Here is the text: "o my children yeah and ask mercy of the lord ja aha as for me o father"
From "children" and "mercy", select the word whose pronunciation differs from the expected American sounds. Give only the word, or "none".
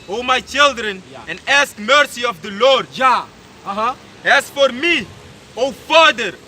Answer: none